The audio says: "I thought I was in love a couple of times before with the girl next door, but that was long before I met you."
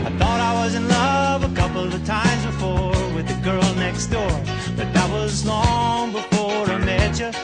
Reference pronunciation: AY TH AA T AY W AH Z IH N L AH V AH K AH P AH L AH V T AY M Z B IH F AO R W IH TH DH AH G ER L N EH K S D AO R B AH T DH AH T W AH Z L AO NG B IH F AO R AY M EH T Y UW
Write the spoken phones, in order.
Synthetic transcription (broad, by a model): AY TH AA T AY W AH Z IH N L AH V AH K AH P L AH V T AY M Z B IH F AO R W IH DH AH G ER L N EH K S D AO R B AH T DH AH T W AH Z L AO NG B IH F AO R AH M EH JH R